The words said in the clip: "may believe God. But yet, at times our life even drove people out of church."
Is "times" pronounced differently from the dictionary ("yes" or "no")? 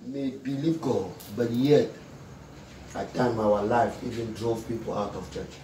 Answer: yes